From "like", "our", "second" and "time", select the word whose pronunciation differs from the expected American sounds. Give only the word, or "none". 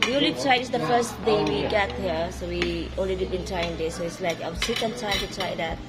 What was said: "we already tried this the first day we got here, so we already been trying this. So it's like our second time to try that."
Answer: our